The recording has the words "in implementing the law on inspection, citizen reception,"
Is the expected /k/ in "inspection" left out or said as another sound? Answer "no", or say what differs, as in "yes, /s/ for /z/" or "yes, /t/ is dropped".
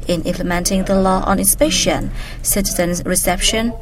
yes, /k/ is dropped